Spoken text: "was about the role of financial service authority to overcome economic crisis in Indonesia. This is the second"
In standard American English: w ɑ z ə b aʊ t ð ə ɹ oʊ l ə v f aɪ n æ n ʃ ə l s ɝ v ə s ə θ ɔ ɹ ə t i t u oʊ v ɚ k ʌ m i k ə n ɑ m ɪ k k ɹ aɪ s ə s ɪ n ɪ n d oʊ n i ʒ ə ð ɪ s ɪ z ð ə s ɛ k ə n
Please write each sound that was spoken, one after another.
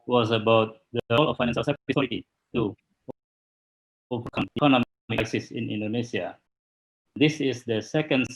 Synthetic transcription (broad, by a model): w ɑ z ə b aʊ t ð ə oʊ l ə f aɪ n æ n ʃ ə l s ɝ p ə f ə s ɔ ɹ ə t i t u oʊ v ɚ k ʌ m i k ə n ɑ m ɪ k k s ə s ɪ n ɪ n d oʊ n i s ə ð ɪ s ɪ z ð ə s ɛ k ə n